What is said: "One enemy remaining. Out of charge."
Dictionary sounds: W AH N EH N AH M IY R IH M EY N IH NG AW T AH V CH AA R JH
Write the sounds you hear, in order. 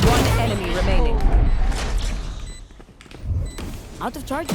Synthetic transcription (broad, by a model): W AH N EH N AH M IY R IH M EY N IH NG AW T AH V CH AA R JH